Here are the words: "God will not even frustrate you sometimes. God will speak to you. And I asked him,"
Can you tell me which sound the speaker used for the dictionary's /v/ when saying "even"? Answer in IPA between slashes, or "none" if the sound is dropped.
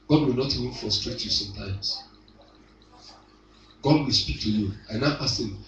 /v/